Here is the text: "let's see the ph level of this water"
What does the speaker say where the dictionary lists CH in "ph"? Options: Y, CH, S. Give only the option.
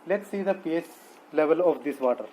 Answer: S